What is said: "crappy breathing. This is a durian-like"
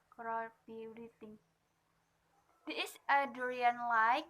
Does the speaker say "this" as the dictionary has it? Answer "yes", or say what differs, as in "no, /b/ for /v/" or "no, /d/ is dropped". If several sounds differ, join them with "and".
no, /s/ is dropped